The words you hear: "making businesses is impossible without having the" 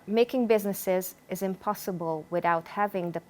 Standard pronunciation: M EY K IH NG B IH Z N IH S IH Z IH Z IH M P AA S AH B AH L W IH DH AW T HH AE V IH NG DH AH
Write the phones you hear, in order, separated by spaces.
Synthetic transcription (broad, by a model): M EY K IH NG B IH Z N IH S IH Z IH Z IH M P AA S AH B AH L W IH DH AW T HH AE V IH NG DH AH